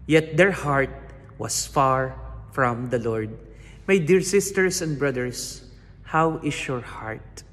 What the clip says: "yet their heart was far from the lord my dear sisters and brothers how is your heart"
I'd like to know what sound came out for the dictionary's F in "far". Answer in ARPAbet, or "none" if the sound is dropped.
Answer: F